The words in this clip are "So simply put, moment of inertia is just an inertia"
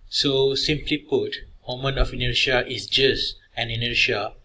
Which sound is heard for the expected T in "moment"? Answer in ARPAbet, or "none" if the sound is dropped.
none